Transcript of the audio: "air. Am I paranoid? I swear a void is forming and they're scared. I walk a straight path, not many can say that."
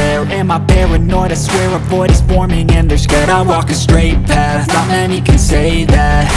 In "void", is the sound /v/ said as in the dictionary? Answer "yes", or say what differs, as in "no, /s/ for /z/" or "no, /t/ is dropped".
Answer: no, /p/ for /v/